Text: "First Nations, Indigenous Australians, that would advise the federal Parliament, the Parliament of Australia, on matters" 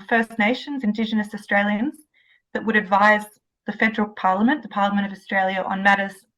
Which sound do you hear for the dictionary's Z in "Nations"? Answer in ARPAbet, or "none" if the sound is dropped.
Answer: Z